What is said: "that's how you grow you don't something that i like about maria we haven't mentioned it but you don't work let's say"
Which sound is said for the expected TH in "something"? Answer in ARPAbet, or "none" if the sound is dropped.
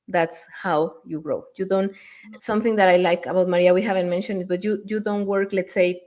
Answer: TH